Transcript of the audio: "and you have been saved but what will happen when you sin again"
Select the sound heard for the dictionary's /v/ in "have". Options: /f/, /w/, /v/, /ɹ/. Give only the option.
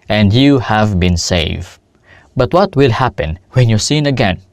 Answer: /v/